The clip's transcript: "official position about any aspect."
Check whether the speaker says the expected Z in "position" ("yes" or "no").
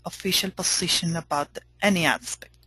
no